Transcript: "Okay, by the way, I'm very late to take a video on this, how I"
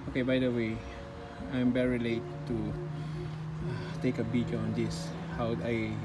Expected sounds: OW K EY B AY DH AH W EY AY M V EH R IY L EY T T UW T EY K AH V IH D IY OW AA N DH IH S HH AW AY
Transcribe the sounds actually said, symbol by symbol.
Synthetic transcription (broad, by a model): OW K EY B AY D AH W EY AY M V EH R IY L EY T T UW T EY K AH B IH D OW AA N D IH S HH AW AY